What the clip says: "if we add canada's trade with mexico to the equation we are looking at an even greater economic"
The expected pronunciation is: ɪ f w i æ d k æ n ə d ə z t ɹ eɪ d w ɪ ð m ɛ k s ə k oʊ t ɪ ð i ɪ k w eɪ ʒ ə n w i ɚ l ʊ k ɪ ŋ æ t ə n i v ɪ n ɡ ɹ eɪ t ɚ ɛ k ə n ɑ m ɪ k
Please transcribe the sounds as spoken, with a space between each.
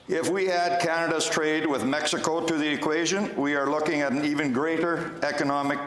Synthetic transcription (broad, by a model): ɪ f w i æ d k æ n ə d ə z t ɹ eɪ d w ɪ ð m ɛ k s ə k oʊ t ɪ ð i ɪ k w eɪ ʒ ə n w i ɚ l ʊ k ɪ ŋ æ t n i v ɪ n ɡ ɹ eɪ t ɚ ɛ k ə n ɑ m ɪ k